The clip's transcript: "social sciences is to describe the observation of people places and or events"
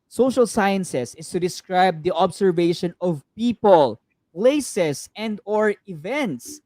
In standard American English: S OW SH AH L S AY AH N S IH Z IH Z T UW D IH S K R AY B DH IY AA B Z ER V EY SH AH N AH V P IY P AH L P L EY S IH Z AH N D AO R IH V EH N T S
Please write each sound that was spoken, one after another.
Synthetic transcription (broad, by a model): S OW SH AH L S AY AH N S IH S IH S T UW D IH S K R AY B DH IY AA B S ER V EY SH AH N AH V P IY P AH L P L EY S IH S AH N D AO R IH V EH N T S